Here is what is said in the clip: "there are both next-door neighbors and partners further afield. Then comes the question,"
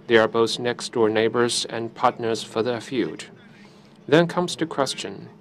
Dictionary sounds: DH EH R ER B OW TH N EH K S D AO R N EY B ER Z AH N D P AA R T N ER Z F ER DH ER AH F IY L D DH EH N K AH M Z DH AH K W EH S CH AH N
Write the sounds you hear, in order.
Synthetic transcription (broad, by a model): DH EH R ER B OW TH N EH K S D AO R N EY B ER Z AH N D P AA R T N ER Z F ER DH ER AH F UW D DH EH N K AH M Z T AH K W EH S CH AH N